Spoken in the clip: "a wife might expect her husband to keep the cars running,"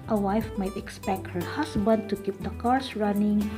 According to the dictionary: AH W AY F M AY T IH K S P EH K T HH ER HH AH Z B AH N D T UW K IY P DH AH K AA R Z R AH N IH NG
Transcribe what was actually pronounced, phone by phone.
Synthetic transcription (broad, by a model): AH W AY F M AY T IH K S P EH K T HH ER HH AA S B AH N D T UW K IY P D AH K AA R S R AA N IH NG